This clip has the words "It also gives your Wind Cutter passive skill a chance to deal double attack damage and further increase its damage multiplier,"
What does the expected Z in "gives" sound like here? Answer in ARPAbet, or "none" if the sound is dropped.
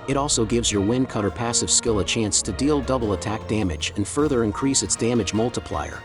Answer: Z